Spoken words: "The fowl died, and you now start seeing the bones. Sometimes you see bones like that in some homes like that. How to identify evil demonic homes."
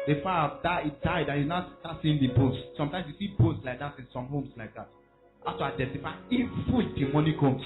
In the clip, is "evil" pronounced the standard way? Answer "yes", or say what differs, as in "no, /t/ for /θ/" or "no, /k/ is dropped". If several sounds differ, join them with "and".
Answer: no, /f/ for /v/